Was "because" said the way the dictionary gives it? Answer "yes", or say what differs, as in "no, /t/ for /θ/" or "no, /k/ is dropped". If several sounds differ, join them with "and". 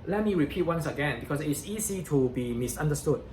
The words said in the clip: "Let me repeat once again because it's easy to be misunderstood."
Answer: no, /s/ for /z/